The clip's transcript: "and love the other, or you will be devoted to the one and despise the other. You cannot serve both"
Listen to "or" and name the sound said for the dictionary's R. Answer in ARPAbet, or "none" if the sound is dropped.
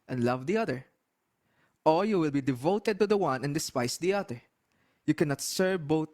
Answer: L